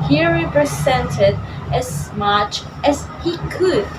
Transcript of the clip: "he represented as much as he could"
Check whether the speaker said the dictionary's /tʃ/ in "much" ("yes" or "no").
yes